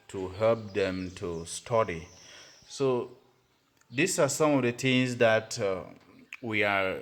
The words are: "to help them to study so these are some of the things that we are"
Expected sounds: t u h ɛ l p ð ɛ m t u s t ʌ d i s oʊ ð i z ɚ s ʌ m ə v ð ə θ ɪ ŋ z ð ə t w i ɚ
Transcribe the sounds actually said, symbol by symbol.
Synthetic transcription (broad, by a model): t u h ɛ l p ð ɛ m t u s t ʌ d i s oʊ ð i s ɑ s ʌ m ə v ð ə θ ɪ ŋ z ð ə t w i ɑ